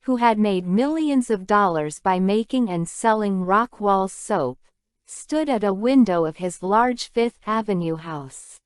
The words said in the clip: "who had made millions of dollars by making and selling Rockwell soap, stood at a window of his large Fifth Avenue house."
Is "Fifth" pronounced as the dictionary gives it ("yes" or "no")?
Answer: yes